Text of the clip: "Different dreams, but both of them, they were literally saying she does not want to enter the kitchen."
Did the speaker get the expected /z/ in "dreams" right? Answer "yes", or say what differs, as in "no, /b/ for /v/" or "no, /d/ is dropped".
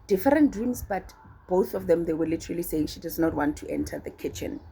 no, /s/ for /z/